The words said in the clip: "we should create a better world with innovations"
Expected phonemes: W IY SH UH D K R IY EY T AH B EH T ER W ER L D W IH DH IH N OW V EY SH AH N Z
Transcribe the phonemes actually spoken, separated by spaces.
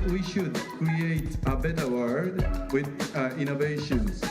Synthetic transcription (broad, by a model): W IY SH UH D K R IY EY T AH B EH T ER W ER D W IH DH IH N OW V EY SH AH N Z